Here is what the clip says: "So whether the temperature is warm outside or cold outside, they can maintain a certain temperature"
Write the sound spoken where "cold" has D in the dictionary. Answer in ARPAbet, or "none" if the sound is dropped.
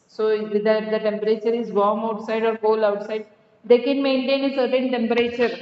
none